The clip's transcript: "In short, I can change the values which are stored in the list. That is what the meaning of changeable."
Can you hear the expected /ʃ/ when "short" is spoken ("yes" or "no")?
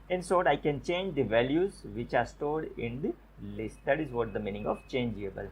no